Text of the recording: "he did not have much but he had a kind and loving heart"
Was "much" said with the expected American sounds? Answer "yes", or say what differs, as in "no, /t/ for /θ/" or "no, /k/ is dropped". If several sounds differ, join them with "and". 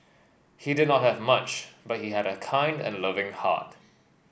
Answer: yes